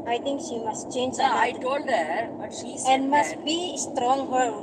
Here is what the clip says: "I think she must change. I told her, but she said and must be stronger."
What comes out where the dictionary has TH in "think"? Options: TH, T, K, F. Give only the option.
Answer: T